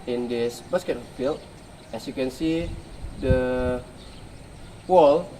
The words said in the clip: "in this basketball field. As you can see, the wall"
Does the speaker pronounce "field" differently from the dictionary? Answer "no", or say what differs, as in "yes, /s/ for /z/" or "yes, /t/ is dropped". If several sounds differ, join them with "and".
yes, /d/ is dropped